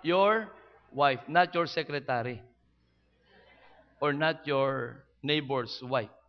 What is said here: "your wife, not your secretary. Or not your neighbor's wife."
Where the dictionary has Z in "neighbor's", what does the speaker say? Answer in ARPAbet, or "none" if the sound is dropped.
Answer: S